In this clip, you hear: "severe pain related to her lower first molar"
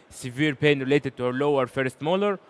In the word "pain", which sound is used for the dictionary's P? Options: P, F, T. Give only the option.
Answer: P